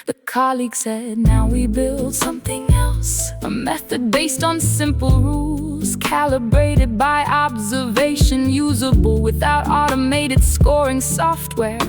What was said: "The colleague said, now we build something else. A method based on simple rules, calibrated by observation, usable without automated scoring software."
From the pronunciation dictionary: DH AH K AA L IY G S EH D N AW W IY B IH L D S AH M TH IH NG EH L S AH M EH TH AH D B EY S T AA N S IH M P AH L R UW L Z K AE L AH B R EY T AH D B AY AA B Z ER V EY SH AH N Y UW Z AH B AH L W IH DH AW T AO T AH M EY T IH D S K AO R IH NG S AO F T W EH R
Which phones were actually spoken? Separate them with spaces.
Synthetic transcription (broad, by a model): DH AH K AA L IY G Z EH D N AW W IY B IH L D S AH M TH IH NG EH L S AH M EH TH AH D B EY S T N S IH M P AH L R UW L Z K AE L AH B R EY T AH D B AY AA B Z ER V EY SH AH N Y UW Z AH B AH L W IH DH AW T AO T AH M EY T IH D S K AO R IH NG S AO F T W EH R